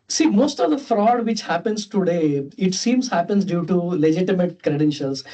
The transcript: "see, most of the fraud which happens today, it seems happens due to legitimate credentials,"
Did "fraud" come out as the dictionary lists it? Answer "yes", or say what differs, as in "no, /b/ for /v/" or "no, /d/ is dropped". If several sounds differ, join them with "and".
yes